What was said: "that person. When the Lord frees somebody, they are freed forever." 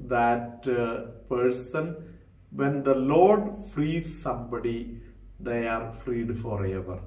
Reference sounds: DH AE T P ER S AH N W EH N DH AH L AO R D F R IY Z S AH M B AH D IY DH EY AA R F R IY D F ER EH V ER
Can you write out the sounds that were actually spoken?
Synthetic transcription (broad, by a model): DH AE T P ER S AH N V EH N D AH L AO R D F R IY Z S AH M B AH D IY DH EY AA R F R IY D F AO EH V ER